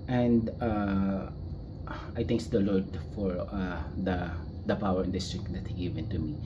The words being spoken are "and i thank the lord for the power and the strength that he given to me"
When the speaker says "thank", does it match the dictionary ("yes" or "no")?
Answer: no